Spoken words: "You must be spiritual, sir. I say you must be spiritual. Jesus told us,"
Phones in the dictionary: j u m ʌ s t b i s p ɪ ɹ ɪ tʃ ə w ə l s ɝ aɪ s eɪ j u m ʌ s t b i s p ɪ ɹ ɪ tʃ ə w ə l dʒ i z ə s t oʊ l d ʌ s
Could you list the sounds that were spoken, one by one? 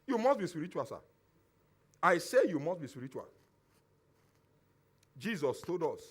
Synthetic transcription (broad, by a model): j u m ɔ s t b i s p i ɹ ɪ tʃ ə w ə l s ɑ aɪ s eɪ j u m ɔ s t b i s p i ɹ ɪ tʃ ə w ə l dʒ i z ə s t oʊ d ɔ s